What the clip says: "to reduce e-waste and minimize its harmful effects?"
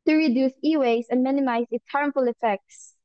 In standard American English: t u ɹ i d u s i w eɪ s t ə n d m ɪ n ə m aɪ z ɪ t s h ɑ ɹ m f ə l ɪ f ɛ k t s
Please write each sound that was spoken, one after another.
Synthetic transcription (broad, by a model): t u ɹ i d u s i w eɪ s ə n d m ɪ n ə m aɪ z ɪ t s h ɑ ɹ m f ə l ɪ f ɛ k t s